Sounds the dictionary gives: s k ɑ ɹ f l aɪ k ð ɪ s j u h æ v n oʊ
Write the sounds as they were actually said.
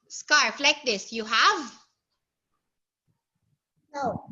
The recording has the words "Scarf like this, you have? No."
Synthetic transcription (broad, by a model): s k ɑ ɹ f l aɪ k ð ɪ s j u h æ v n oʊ